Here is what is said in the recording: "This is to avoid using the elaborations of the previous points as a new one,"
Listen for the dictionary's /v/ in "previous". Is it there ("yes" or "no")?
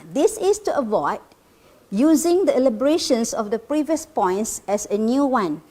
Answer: yes